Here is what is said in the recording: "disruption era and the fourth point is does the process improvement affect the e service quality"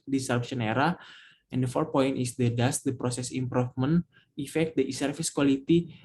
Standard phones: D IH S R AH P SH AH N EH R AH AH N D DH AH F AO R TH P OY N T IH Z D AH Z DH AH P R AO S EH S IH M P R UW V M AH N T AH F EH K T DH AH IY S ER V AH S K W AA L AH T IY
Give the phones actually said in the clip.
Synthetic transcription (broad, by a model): D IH S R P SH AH N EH R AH AH N D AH F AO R T P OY N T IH S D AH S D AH P R AO S EH S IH M P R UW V M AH N AH F EH K T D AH IY S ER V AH S K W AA L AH T IY